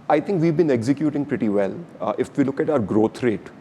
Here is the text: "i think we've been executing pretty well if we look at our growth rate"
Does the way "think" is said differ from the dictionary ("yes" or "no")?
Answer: yes